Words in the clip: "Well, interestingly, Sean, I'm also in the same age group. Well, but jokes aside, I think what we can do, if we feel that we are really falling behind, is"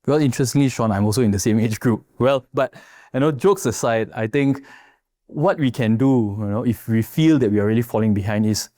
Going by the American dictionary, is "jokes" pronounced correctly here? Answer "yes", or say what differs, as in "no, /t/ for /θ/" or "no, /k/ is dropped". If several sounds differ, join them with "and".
yes